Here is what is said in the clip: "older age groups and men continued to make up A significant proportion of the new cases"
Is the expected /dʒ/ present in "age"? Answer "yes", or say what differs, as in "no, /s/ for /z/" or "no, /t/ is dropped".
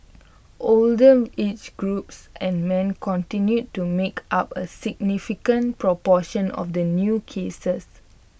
no, /tʃ/ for /dʒ/